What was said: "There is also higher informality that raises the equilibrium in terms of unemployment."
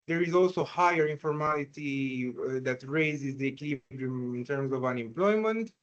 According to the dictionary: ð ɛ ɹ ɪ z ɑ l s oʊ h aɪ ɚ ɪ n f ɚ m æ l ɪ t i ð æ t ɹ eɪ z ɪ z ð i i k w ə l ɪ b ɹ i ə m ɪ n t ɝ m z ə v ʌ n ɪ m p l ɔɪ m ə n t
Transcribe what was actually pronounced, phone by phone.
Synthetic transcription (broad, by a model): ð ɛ ɹ ɪ z ɑ l s oʊ h aɪ ɚ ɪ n f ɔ m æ l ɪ t i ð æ t ɹ eɪ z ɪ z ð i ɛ k l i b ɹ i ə m ɪ n t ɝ m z ə v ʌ n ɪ m p l ɔɪ m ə n t